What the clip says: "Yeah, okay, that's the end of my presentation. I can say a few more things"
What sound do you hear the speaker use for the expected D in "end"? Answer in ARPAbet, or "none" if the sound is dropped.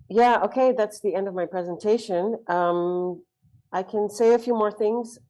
D